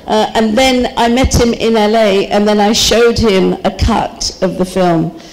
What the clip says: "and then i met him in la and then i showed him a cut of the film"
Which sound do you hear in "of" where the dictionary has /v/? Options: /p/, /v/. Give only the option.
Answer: /v/